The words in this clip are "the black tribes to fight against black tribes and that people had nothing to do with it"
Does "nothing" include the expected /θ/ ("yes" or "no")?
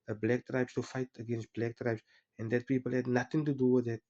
no